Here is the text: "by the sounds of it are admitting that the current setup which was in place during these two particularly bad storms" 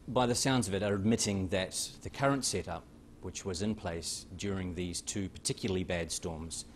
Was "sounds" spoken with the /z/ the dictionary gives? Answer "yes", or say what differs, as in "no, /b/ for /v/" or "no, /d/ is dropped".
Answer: yes